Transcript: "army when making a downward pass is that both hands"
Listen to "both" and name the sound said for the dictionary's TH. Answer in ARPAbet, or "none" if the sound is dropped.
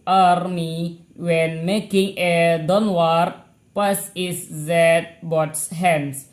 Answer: S